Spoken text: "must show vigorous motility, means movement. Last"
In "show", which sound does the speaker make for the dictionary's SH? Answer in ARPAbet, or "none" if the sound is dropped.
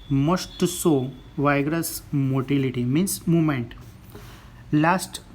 S